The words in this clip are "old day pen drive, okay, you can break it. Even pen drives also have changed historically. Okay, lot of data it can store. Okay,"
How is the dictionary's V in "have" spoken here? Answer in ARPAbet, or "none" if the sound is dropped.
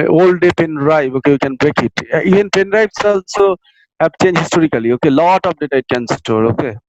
P